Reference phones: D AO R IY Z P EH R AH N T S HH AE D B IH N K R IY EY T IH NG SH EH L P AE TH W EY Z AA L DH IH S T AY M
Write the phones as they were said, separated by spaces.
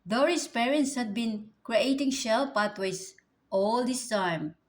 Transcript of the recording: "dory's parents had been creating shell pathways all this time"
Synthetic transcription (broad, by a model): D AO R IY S P EH R AH N T S HH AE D B IH N K R IY EY T IH NG SH EH L P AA T W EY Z AA L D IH S T AY M